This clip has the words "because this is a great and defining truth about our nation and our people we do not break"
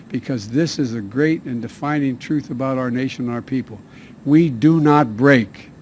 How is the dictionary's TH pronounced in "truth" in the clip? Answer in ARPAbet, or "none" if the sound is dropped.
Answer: TH